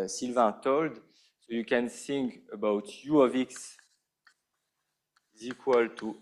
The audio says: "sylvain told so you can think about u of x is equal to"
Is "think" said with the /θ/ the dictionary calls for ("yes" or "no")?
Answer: no